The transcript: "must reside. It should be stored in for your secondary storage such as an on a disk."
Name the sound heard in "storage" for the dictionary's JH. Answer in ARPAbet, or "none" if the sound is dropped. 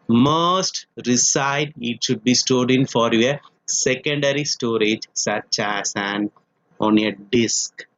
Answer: JH